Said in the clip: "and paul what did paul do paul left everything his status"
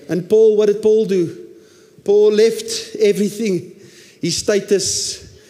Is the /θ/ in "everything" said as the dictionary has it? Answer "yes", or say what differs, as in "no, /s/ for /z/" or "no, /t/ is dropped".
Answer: yes